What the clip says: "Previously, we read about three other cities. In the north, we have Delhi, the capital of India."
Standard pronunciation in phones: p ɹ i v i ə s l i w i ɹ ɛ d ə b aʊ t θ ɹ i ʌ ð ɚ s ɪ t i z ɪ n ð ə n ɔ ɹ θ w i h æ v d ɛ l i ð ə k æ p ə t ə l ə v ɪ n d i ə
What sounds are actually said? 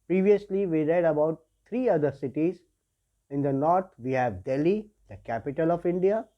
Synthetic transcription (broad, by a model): p ɹ i v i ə s l i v i ɹ ɛ d ə b aʊ t t ɹ i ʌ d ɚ s ɪ t i z ɪ n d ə n ɔ ɹ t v i h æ v d ɛ l i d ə k æ p ə t ə l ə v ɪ n d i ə